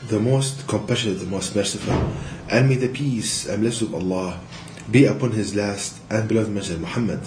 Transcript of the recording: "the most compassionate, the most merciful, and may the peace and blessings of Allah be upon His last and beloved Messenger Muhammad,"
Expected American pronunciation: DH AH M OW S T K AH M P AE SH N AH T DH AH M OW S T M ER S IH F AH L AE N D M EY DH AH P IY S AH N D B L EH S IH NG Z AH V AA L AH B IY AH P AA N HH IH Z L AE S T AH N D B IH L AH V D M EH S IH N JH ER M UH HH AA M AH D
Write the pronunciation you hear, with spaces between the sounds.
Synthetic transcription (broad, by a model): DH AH M OW S T K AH M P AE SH AH DH AH M OW S T M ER S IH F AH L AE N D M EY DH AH P IY S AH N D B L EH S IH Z AH V AA L AH B IY AH P AA N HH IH Z L AE S T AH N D B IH L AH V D M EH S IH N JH M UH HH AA M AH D